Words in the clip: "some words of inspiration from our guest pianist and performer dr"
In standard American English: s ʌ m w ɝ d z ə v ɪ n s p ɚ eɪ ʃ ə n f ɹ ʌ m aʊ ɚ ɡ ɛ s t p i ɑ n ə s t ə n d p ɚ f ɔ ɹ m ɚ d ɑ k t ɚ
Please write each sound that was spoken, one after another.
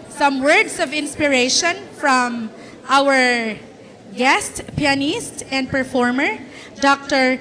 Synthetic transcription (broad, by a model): s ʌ m w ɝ d s ə v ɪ n s p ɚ eɪ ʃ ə n f ɹ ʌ m aʊ ɚ ɡ ɛ s t p i ɑ n ə s t ə n d p ɚ f ɔ ɹ m ɚ d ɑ k t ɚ